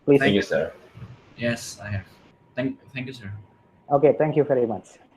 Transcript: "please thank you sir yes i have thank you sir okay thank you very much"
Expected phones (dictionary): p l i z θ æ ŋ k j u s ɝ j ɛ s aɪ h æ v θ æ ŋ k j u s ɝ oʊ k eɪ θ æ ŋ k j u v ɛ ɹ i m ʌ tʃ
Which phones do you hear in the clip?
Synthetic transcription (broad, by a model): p l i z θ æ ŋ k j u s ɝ j ɛ s aɪ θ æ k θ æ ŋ k j u s ɝ oʊ k eɪ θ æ ŋ k j u v ɛ ɹ i m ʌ tʃ